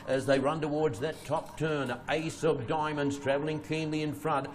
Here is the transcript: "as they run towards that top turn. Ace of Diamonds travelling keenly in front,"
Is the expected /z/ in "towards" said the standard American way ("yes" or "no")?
yes